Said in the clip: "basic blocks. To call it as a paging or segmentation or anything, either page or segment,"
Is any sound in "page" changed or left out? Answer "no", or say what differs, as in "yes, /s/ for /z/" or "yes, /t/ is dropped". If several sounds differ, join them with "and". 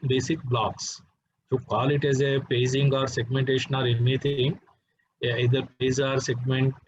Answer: yes, /z/ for /dʒ/